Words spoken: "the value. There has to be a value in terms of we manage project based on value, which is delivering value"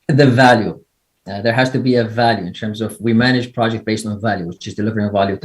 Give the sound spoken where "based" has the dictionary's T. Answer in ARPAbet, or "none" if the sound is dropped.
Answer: T